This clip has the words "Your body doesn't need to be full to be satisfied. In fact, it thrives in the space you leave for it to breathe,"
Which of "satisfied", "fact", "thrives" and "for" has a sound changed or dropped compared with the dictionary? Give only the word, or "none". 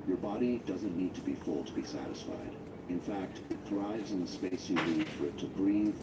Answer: none